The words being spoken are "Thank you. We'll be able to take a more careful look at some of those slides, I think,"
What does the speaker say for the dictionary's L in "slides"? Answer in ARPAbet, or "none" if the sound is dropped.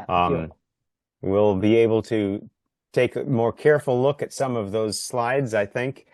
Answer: L